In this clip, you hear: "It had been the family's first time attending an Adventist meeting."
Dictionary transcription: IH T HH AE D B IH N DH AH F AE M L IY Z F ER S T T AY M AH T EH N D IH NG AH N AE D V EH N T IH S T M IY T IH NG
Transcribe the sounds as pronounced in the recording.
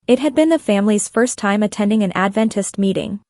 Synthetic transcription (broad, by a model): IH T HH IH D B IH N DH AH F AE M L IY Z F ER S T T AY M AH T EH N D IH NG AH N AE D V EH N T IH S T M IY T IH NG